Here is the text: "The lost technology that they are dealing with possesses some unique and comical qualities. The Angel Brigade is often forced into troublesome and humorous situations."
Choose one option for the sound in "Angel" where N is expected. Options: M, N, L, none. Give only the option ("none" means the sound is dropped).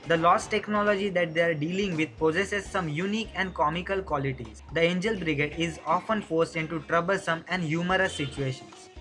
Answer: N